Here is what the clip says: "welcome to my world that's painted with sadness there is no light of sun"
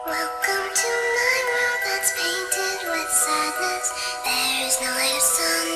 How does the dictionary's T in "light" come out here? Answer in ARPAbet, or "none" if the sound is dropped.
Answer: none